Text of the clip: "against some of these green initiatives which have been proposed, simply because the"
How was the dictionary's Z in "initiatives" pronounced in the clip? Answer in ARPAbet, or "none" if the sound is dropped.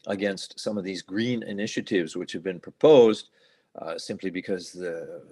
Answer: Z